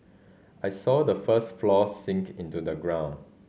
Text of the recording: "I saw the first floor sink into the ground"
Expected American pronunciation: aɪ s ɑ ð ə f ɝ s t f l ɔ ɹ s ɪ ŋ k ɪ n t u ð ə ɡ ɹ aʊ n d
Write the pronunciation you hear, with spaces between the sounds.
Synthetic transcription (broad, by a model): aɪ s ɑ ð ə f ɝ s t f l ɔ s ɪ ŋ k ɪ n t u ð ə ɡ ɹ aʊ n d